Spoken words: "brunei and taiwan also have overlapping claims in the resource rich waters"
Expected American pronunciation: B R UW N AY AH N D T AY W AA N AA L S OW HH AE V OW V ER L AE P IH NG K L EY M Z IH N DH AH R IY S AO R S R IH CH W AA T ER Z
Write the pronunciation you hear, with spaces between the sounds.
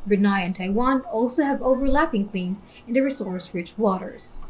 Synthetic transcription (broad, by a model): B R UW N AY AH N T AY W AA N AA L S OW HH AE V OW V ER L AE P IH NG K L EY M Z IH N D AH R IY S AO R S R IH CH W AA T ER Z